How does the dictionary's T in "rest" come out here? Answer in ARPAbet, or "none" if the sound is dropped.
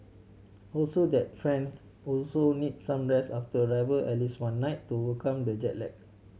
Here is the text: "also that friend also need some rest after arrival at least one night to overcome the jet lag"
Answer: none